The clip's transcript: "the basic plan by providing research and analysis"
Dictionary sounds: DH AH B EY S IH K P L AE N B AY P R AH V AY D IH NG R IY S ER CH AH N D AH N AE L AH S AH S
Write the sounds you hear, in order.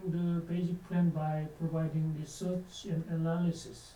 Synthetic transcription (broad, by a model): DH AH B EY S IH K P L AE N B AY P R AH V AY D IH NG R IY S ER CH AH N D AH N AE L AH S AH S